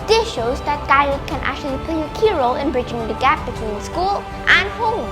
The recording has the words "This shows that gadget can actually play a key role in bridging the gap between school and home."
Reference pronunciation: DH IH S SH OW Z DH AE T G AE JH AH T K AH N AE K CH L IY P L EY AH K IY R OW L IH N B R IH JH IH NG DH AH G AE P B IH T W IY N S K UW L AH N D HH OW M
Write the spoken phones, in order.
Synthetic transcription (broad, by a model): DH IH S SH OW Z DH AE T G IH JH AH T K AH N AE K CH L IY P L EY AH K IY R OW L IH N B R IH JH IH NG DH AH G AE P B IH T W IY N S K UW L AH N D HH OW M